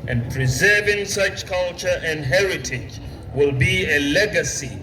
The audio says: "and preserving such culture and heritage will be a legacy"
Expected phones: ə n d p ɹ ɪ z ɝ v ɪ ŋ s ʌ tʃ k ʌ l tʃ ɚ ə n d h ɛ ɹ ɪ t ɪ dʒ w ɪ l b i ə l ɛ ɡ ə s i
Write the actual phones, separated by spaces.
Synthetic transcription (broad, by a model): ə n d p ɹ ɪ z ɝ v ɪ ŋ s ʌ tʃ k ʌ l tʃ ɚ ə n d h ɛ ɹ ɪ t ɪ dʒ w ɪ l b i ə l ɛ ɡ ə s i